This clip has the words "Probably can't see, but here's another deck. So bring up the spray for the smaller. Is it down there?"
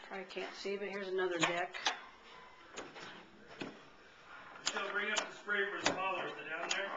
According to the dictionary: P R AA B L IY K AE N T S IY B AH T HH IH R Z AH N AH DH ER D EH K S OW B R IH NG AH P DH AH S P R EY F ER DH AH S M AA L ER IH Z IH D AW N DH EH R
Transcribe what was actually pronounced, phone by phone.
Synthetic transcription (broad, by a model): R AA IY K AE N T S IY B AH T HH IH R Z AH N AH DH ER D EH K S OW B R IH NG AH P DH AH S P R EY F ER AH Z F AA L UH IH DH IH D AW N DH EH R